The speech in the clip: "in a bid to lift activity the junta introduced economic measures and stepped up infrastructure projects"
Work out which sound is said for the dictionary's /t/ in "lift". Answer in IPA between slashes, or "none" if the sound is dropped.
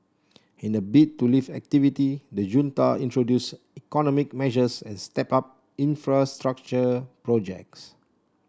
none